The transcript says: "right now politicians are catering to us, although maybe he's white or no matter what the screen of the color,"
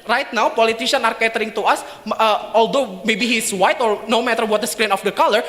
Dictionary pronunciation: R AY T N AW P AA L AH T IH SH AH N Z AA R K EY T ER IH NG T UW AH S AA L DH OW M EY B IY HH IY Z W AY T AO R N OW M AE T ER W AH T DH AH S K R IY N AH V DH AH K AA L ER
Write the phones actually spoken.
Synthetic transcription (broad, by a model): R AY T N AW P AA L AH T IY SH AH N AA R K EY T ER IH NG T UW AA S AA L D OW M EY B IY HH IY S W AY T AO R N OW M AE T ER W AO T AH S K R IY N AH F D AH K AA L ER